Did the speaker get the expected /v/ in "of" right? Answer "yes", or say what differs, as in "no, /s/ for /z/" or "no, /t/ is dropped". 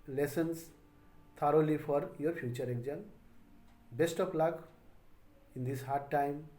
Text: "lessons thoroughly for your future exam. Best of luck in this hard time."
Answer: no, /p/ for /v/